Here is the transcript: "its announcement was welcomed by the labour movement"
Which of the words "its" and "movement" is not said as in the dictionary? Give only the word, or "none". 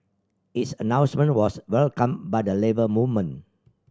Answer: movement